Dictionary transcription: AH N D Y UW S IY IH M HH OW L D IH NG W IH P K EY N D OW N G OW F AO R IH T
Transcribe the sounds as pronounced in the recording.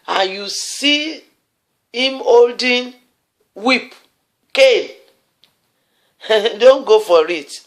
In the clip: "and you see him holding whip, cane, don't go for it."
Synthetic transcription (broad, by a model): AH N Y UW S IY IH M OW L D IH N W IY P K EY L D OW N G OW F AO R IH T